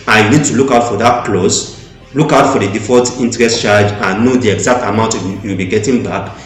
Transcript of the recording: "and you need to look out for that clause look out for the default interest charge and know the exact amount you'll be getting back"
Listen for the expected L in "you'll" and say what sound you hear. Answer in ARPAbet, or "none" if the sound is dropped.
W